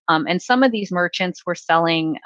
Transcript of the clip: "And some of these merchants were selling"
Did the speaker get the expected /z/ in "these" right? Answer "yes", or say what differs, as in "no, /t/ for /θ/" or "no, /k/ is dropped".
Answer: yes